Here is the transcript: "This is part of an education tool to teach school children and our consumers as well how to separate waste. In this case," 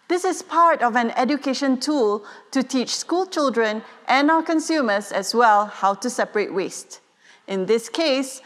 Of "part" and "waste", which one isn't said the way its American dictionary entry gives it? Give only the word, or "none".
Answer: none